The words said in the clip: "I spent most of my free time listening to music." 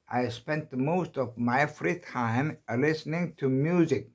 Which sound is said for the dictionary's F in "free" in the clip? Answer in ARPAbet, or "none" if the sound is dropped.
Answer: F